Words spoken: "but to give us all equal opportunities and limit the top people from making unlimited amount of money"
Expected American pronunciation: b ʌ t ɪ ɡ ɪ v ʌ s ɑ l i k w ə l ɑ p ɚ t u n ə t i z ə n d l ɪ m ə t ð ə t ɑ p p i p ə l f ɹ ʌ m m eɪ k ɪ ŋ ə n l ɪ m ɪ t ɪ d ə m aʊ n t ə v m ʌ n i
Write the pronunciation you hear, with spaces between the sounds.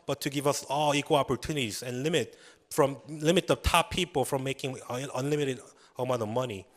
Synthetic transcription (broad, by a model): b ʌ t ɪ ɡ ɪ v ʌ s ɑ l i k w ə l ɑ p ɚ t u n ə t i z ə n l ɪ m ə t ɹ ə t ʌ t p i p ə l f ɹ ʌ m m eɪ k ɪ ŋ ə n l ɪ m ɪ t ɪ d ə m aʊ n ə m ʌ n i